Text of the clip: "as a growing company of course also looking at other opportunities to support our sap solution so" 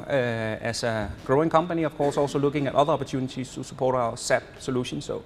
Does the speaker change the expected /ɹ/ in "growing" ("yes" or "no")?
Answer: no